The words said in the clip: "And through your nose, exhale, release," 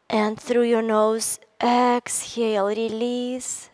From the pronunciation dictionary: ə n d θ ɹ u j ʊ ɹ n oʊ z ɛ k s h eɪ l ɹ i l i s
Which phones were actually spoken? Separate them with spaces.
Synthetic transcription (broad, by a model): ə n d θ ɹ u j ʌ ɹ n oʊ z ɛ k s h eɪ l ɹ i l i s